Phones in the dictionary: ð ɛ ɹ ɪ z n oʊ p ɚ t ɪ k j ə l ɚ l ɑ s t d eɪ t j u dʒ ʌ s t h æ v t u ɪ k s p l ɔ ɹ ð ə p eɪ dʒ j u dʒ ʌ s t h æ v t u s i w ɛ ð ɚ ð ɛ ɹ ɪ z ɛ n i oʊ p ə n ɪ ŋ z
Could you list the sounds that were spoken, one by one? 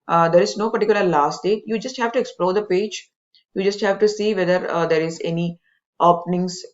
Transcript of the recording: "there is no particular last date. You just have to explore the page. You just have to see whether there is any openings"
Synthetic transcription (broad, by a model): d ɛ ɹ ɪ z n oʊ p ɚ t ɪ k j l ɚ l ɑ s t d eɪ t j u dʒ ʌ s t h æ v t u ɪ k s p l ɔ ɹ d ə p eɪ dʒ j u dʒ ʌ s t h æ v t u s i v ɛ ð ɚ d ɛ ɹ ɪ z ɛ n i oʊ p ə n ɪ ŋ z